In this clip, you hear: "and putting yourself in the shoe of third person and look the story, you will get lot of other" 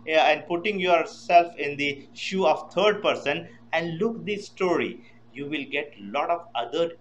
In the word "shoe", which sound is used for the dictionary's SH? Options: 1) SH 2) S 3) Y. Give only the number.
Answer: 1